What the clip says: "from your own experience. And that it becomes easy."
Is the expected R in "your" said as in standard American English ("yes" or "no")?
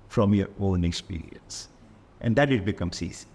no